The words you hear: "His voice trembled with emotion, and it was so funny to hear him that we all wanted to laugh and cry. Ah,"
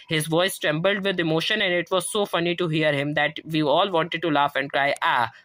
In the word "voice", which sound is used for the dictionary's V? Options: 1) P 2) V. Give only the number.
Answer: 2